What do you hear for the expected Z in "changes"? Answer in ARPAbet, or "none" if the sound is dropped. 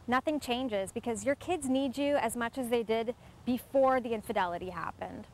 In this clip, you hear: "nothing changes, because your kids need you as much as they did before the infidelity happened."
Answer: Z